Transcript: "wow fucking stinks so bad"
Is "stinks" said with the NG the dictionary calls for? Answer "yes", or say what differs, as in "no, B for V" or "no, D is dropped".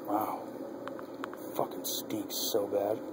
no, NG is dropped